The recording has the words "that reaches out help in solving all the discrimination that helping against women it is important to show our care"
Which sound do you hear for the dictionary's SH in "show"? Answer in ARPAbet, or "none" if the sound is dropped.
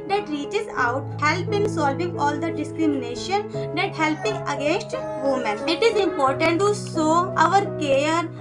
S